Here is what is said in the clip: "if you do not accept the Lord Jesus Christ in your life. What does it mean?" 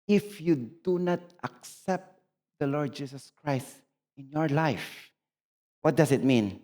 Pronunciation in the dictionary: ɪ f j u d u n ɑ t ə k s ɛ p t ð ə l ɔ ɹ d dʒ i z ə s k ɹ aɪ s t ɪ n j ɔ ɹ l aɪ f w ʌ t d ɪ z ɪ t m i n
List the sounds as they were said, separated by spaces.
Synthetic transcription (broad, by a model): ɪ f j u d u n ɑ t ə k s ɛ p t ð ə l ɔ ɹ d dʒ i s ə s k ɹ aɪ s t ɪ n j ɔ ɹ l aɪ f w ʌ t d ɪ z ɪ t m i n